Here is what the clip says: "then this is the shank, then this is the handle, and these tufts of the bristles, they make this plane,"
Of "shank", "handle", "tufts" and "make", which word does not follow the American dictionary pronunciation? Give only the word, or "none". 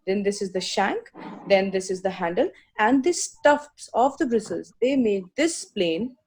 none